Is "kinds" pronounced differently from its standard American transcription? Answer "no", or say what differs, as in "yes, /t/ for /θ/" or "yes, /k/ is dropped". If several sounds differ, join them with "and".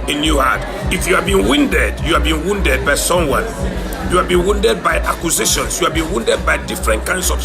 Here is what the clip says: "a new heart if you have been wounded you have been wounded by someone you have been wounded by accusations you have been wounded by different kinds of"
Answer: yes, /s/ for /z/